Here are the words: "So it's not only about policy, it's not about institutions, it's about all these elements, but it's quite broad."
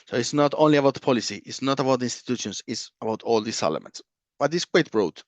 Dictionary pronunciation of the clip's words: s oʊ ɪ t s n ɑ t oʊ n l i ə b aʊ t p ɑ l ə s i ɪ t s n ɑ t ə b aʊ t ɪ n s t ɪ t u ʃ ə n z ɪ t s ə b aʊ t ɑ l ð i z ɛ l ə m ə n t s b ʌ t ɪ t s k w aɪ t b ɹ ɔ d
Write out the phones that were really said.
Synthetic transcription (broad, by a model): s oʊ ɪ t s n ɑ t oʊ n l i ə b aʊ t p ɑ l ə s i ɪ t s n ɑ t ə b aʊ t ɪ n s t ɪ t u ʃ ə n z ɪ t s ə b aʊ t ɑ l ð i s ɛ l ə m ə n t s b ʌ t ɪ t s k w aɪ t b ɹ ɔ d